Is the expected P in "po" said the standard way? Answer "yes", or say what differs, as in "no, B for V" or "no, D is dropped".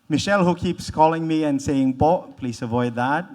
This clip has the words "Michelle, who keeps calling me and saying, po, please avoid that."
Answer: no, B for P